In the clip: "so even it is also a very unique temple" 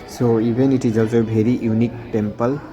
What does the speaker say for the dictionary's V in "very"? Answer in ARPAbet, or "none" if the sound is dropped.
B